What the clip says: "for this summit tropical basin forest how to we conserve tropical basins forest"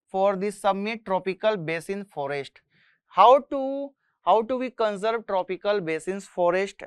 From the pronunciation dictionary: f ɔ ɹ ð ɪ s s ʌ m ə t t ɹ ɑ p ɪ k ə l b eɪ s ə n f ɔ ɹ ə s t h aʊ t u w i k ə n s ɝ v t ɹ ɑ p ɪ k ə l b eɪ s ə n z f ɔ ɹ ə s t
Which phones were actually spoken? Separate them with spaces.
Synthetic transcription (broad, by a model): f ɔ ɹ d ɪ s s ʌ m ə t t ɹ ɑ p ɪ k ə l b eɪ s ə n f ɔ ɹ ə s t h aʊ t u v i k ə n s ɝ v t ɹ ɑ p ɪ k ə l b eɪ s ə n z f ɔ ɹ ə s t